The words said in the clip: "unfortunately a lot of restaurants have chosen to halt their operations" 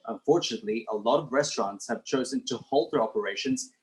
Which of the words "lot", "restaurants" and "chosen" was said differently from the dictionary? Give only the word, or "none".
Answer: none